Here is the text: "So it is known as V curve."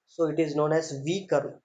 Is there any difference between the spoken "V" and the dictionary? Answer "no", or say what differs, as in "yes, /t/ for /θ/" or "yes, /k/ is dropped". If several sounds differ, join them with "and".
no